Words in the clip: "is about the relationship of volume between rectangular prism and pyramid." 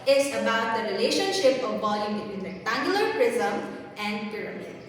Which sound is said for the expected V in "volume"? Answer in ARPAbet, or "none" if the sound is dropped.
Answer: B